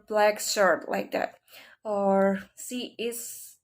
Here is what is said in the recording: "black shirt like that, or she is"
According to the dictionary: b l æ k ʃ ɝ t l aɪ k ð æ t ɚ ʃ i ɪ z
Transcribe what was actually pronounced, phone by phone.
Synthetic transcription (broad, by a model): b l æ k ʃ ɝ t l aɪ k ð æ t ɚ s i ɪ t